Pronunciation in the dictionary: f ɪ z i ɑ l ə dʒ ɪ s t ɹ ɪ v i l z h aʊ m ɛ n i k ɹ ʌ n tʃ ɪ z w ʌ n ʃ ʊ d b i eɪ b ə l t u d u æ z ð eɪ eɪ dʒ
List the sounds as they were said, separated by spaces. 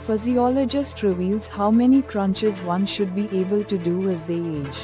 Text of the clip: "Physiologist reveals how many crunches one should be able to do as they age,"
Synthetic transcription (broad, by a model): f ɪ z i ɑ l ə dʒ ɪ s t ɹ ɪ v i l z h aʊ m ɛ n i k ɹ ʌ n tʃ ɪ z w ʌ n ʃ ʊ d b i eɪ b ə l t u d u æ z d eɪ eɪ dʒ